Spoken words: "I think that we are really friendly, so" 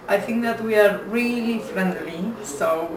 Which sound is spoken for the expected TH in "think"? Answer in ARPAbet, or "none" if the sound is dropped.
TH